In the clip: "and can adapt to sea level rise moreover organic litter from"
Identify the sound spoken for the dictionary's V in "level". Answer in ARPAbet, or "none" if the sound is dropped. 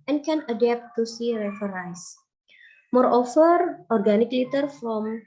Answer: F